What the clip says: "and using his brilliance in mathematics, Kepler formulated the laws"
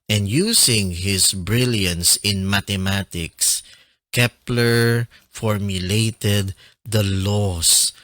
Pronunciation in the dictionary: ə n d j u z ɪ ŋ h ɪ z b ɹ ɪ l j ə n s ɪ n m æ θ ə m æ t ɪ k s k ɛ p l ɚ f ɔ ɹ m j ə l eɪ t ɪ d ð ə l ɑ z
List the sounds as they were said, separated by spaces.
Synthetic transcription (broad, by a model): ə n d j u s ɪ ŋ h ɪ s b ɹ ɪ l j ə n s ɪ n m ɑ t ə m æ t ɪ k s k ɛ p l ɚ f ɔ ɹ m j ə l eɪ t ɪ d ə l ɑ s